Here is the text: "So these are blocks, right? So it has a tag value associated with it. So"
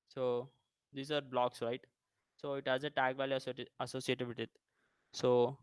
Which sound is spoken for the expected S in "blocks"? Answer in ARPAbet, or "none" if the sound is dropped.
S